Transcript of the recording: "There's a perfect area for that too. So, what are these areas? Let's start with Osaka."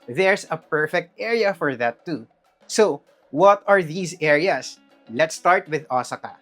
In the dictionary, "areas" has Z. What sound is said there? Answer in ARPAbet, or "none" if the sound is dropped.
S